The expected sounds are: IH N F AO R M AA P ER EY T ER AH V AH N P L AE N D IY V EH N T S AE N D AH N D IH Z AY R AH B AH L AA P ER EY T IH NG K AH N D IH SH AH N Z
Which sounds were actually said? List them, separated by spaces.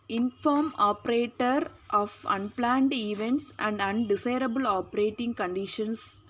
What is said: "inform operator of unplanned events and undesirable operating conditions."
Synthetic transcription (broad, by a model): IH N F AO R M AA P ER EY T ER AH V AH N P L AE N D IY V EH N T S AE N D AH N D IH S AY R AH B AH L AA P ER EY T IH NG K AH N D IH SH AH N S